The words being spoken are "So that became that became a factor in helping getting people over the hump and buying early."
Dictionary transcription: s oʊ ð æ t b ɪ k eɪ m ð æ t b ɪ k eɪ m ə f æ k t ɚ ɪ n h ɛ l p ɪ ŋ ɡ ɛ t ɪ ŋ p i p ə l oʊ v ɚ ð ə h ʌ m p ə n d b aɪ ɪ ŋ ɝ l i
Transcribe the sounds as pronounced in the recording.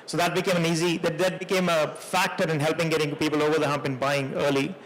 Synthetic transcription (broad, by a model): s oʊ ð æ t b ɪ k eɪ m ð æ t b ɪ k eɪ m ə f æ k t ɚ ɪ n h ɛ l p ɪ ŋ ɡ ɛ t ɪ ŋ p i p ə l oʊ v ɚ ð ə h ʌ m p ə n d b aɪ ɪ ŋ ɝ l i